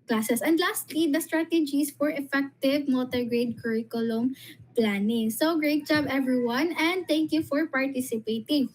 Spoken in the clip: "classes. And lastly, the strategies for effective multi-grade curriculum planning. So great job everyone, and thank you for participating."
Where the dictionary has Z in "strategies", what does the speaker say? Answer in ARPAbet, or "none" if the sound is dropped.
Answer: S